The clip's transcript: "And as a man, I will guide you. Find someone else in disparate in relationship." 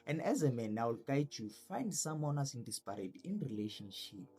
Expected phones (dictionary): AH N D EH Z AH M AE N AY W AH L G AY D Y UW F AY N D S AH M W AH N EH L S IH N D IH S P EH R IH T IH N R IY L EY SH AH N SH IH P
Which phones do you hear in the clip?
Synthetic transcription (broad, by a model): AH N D EH Z AH M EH N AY W AH L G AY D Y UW F AY N D S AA M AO N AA S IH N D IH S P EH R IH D IH N R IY L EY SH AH N SH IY P